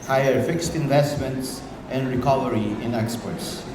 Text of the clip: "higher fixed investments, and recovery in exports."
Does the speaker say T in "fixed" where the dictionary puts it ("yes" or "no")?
yes